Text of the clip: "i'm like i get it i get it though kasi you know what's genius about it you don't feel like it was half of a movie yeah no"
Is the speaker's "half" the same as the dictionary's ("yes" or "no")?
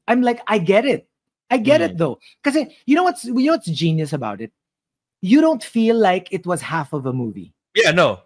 yes